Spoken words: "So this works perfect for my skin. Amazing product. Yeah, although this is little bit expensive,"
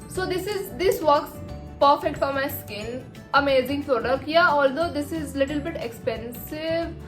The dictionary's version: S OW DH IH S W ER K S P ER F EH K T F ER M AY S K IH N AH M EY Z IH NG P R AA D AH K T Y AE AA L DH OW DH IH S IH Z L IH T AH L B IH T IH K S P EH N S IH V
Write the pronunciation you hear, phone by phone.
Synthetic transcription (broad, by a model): S OW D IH S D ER K S P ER F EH K T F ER M AY S K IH L AH M EY Z IH NG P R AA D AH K Y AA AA L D OW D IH S IH Z L IH T AH L B IH T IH K S P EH N S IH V